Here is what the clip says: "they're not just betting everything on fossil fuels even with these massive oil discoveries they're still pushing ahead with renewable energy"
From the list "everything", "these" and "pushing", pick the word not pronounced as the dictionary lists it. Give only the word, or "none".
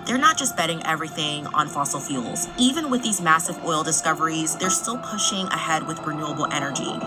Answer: none